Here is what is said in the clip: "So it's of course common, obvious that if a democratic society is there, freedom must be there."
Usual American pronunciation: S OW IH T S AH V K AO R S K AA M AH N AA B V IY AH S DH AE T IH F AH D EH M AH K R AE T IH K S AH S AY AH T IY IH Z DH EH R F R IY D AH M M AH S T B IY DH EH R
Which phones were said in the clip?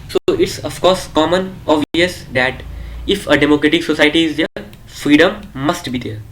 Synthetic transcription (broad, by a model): S OW IH T S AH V K AO R S K AA M AH N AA V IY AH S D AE T IH F AH D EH M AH K R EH T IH K S AH S AY AH T IY IH Z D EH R F R IY D AH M M AH S T B IY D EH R